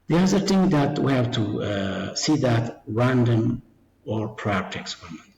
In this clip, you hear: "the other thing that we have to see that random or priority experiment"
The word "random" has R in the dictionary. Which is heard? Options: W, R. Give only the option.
R